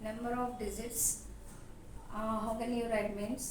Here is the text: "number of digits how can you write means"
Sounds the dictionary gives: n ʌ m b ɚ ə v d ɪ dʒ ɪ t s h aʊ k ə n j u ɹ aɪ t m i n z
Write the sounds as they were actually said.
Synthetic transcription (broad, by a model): n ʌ m b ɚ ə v d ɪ z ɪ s h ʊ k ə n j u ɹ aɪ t m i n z